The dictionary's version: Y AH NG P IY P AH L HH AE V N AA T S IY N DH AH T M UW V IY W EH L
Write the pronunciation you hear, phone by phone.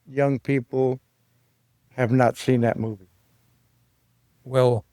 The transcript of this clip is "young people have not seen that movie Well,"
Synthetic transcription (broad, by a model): Y AH NG P IY P L HH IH V N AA T S IY N DH AH T M UW V IY W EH L